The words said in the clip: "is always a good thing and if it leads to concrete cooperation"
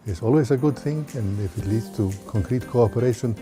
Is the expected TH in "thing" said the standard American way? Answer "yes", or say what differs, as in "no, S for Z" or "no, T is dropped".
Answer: yes